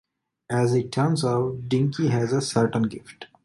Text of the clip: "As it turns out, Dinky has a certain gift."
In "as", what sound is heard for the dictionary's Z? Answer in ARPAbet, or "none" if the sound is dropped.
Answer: Z